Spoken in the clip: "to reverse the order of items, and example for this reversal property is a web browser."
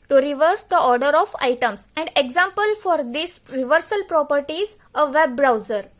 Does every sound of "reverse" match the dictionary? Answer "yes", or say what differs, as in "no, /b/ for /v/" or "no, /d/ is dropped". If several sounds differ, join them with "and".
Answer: yes